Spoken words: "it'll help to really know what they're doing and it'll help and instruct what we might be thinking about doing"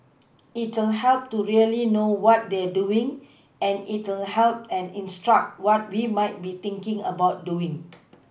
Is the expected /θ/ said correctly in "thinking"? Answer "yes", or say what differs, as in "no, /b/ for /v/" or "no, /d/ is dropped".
no, /t/ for /θ/